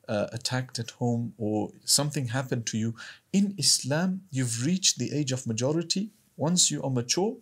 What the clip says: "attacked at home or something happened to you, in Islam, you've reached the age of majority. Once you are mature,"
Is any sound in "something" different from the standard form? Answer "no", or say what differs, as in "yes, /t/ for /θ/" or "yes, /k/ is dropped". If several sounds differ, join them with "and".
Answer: no